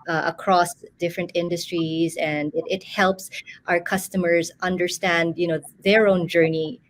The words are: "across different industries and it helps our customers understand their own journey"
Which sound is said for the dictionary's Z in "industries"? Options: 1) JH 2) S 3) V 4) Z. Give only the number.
4